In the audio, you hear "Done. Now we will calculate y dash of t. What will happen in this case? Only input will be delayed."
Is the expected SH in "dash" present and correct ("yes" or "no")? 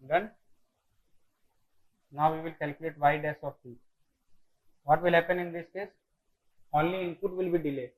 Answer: no